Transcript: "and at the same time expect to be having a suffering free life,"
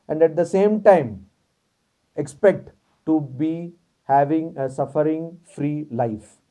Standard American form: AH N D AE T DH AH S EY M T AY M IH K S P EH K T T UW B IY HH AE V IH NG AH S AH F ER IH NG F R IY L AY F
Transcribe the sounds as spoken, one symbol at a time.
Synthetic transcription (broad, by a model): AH N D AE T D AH S EY M T AY M IH K S P EH K T T UW B IY HH AE V IH NG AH S AH F ER IH NG F R IY L AY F